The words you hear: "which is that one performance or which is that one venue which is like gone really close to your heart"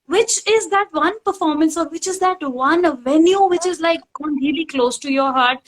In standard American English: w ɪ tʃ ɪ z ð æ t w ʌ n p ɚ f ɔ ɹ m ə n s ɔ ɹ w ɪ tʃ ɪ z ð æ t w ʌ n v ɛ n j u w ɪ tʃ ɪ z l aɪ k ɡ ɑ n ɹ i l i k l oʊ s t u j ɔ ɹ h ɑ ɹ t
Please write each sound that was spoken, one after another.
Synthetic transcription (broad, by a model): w ɪ tʃ ɪ z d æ t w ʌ n p ɚ f ɔ ɹ m ə n s ɔ ɹ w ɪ tʃ ɪ z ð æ t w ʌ n v ɛ n j u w ɪ tʃ ɪ z l aɪ k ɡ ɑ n l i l i k l oʊ s t u j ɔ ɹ h ɑ ɹ t